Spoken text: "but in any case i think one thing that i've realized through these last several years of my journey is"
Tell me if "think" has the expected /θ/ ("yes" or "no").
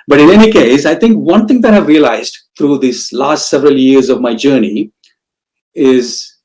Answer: no